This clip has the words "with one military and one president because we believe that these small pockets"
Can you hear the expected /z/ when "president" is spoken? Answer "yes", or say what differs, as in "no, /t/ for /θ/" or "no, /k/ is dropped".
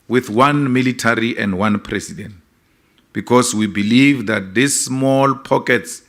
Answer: no, /s/ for /z/